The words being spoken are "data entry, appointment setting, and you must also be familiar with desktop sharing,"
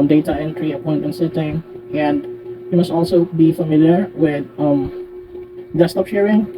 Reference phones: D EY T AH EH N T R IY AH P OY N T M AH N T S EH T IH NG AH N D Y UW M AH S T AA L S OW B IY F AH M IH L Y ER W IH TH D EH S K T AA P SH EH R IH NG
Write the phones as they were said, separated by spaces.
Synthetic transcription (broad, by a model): D EY T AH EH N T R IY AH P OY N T AH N S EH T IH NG AH N D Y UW M AH S T AA L S OW B IY F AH M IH L Y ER W IH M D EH S T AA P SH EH R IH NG